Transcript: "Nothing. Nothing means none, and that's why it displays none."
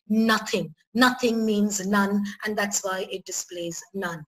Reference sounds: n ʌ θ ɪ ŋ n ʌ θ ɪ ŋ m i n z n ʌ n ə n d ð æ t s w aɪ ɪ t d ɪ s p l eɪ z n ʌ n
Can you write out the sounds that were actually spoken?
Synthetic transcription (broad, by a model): n ʌ θ ɪ ŋ n ʌ θ ɪ ŋ m i n z n ʌ n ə n ð æ t s w aɪ ɪ t d ɪ s p l eɪ z n ʌ n